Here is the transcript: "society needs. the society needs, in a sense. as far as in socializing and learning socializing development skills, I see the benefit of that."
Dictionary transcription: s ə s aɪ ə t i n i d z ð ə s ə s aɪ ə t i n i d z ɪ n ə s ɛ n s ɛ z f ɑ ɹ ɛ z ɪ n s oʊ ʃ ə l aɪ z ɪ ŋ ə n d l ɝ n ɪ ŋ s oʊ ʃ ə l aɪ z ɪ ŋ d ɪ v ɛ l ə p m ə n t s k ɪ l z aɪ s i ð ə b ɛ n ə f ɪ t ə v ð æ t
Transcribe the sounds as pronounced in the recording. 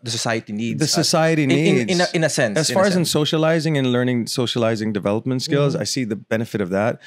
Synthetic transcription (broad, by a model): s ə s aɪ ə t i n i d ð ə s ə s aɪ ə t i n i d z ɪ n ə s ɛ n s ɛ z f ɑ ɹ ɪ z ɪ n s oʊ ʃ ə l aɪ z ɪ ŋ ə n l ɝ n ɪ ŋ s oʊ ʃ ə l aɪ z ɪ ŋ d ɪ v ɛ l ə p m ə n t s k ɪ l z aɪ s i ð ə b ɛ n ə f ɪ t ə v ð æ t